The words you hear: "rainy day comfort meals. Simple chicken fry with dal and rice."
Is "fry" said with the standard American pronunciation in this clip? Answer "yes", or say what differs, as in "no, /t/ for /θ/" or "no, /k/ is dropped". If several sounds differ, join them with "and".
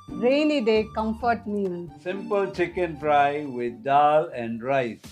no, /p/ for /f/